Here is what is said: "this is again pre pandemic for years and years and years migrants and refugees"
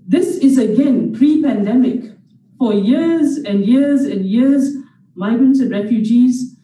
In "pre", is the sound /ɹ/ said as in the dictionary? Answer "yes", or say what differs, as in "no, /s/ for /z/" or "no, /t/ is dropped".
yes